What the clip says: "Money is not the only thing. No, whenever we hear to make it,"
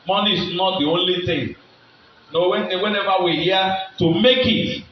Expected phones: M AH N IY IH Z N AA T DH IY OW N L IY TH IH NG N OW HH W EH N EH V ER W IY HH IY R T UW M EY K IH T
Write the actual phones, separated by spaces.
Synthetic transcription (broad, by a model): M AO N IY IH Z N AA T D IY OW N L IY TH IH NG N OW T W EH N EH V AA W IY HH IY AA T UW M EY K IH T